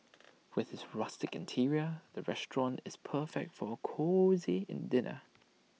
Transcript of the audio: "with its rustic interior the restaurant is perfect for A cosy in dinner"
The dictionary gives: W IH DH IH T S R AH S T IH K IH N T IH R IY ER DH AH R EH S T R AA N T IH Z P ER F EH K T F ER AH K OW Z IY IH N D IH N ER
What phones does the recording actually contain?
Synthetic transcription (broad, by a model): W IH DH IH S R AH S T IH K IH N T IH R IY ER DH AH R EH S T R AA N T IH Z P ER F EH K T F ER AH K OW Z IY IH N D IH N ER